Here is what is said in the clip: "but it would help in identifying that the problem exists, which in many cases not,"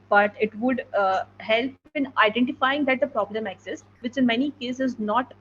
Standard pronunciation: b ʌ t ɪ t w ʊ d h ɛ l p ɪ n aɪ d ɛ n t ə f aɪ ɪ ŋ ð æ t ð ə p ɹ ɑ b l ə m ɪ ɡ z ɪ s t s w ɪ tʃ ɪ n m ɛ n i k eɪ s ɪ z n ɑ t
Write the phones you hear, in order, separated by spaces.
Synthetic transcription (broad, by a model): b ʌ t ɪ t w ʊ d h ɛ l p ɪ n aɪ d ɛ n t ə f aɪ ɪ ŋ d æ t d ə p ɹ ɑ b l ə m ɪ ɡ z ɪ s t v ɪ tʃ ɪ n m ɛ n i k eɪ s ɪ z n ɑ t